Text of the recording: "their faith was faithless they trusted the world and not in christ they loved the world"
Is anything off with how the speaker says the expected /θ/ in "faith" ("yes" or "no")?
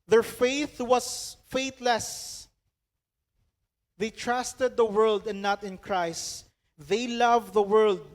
no